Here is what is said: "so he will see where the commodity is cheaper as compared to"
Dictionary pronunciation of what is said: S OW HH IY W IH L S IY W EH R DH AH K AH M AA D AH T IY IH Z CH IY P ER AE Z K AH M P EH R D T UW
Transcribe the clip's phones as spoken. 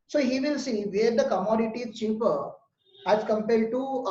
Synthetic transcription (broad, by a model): S OW HH IY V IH L S IY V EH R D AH K AH M AA D AH T IY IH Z CH IY P ER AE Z K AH M P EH L D T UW